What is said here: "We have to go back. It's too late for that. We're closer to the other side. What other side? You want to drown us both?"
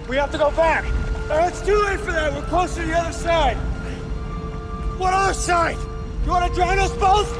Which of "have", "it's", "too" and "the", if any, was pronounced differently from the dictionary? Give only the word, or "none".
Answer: have